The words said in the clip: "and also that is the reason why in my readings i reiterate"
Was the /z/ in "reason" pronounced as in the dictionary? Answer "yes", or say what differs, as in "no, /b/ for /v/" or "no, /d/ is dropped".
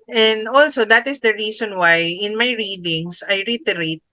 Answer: no, /s/ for /z/